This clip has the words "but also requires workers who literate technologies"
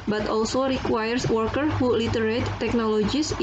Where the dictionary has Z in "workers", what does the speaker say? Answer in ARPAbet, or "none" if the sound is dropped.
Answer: none